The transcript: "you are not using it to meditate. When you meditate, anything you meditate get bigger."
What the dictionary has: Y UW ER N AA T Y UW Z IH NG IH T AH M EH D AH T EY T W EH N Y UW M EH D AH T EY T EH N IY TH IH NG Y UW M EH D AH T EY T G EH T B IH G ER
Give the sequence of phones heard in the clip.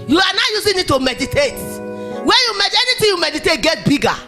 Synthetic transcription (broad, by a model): Y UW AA N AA Y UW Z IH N IH T AH M EH D AH T EY T W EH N Y UW M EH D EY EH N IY T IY Y UW M EH D AH T EY T G EH T B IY G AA